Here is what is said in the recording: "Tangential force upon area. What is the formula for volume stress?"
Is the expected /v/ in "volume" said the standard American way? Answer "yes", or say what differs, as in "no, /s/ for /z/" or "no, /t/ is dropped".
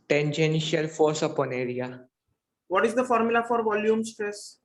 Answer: yes